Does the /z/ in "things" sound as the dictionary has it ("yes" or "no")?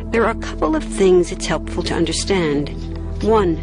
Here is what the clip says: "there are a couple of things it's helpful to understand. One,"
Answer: yes